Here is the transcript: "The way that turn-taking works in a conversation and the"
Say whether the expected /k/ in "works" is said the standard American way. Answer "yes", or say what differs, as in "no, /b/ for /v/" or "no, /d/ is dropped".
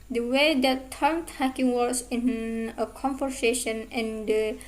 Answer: no, /k/ is dropped